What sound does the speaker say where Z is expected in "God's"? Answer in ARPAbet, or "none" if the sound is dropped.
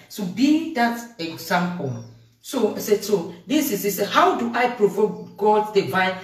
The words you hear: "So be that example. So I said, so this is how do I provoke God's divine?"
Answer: none